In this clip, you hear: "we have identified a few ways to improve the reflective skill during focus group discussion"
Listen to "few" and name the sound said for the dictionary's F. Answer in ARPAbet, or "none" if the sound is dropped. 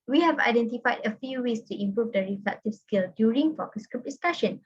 F